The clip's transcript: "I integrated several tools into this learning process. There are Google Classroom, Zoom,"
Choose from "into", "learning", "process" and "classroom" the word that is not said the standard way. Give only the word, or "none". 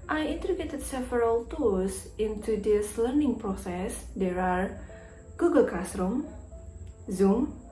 classroom